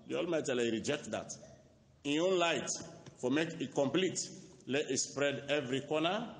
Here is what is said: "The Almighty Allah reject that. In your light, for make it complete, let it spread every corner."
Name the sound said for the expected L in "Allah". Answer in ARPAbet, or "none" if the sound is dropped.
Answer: none